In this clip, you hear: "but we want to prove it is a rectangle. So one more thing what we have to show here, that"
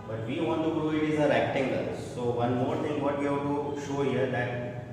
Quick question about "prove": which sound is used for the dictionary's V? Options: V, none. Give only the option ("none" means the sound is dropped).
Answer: none